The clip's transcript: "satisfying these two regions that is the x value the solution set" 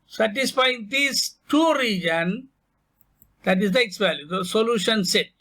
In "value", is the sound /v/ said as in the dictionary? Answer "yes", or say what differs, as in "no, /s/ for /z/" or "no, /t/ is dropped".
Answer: no, /p/ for /v/